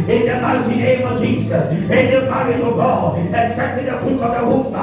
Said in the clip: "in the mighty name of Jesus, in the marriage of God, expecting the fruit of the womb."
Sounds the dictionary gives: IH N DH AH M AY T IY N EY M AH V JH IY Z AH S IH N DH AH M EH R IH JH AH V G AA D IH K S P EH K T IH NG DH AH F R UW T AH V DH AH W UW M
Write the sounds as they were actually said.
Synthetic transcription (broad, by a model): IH N DH AH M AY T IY N EY M AH V JH IY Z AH S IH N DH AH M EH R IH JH AH V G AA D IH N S EH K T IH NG DH AH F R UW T AH V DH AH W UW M